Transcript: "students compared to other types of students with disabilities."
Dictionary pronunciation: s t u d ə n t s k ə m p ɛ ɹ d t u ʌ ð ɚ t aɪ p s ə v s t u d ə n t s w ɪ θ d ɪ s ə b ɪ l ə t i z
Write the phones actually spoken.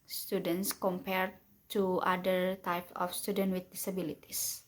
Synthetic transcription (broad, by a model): s t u d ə n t s k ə m p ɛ ɹ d t u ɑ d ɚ t aɪ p ə f s t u d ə n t w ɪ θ d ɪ s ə b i l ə t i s